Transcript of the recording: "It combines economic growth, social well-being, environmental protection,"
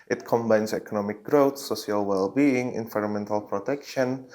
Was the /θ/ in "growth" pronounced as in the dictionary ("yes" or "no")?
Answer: no